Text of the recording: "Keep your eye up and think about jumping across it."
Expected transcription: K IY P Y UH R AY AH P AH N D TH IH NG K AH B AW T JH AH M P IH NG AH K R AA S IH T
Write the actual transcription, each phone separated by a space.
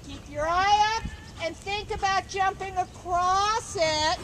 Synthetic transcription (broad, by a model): K IY P Y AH R AY AH P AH N TH IH NG K AH B AW T JH AH M P IH NG AH K R AA S IH T